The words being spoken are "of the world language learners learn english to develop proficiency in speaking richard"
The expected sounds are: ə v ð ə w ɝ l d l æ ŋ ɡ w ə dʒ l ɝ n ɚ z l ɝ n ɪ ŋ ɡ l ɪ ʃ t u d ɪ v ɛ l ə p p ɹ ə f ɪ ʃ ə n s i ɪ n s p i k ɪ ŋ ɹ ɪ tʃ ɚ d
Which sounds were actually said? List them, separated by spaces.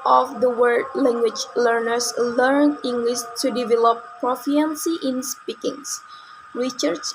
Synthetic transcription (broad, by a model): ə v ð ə w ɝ d l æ ŋ ɡ w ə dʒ l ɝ n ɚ s l ɝ n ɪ ŋ ɡ l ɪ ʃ t u d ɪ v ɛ l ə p p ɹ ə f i ə n s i ɪ n s p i k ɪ ŋ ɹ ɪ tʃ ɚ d